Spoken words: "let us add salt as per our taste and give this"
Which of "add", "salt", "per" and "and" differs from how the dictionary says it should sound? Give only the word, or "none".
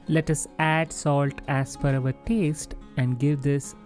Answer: per